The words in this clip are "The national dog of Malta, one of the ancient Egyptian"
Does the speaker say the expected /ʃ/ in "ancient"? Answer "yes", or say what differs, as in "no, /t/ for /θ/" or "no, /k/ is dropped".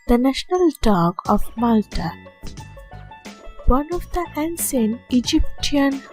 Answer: no, /s/ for /ʃ/